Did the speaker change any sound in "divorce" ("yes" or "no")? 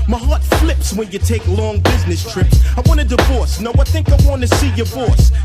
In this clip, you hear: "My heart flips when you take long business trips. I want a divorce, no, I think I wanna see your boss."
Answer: no